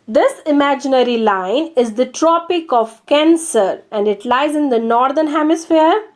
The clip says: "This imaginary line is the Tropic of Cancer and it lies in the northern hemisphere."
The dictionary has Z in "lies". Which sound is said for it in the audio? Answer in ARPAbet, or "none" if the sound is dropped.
Z